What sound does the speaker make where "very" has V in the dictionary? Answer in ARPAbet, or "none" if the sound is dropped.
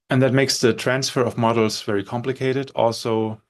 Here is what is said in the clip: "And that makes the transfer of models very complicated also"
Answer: V